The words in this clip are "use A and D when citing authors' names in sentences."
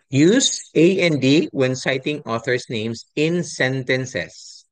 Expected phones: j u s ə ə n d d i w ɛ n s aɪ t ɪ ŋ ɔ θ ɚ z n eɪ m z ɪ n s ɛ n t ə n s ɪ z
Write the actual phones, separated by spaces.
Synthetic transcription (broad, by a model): j u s ə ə n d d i w ɛ n s aɪ t ɪ ŋ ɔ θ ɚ s n eɪ m s ɪ n s ɛ n t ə n s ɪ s